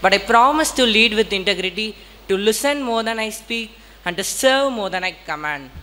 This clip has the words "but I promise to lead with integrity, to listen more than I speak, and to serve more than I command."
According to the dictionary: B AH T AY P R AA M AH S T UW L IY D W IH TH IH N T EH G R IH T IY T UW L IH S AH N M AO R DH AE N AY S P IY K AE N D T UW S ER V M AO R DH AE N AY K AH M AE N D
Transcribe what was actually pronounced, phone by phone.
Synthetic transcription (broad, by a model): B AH T AY P R AA M AH S T UW L IY D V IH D IH N T EH G R IH T IY T UW L IH S AH N M AO R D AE N AY S P IY K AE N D T UW S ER V M AO R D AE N AY K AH M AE N D